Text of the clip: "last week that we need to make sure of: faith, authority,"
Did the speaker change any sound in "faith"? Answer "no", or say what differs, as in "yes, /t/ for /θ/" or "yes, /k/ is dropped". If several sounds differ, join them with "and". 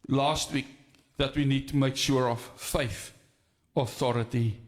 no